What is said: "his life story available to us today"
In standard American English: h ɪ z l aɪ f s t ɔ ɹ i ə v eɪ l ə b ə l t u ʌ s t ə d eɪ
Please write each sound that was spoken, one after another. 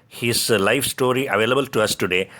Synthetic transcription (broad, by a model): h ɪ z l aɪ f s t ɔ ɹ i ə v eɪ l ə b ə l t u ʌ s t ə d eɪ